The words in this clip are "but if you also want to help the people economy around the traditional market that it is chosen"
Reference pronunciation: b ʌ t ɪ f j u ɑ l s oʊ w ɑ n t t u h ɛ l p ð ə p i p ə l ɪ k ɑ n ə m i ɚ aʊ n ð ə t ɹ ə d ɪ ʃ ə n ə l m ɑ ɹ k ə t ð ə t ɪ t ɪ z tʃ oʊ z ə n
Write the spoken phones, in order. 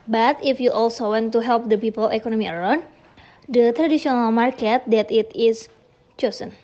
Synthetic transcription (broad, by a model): b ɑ t ɪ f j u ɑ l s oʊ w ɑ n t t u h ɛ l p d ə p i p ə l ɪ k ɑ n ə m i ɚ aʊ n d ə t ɹ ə d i s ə n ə l m ɑ ɹ k ə t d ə t ɪ t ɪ s tʃ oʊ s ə n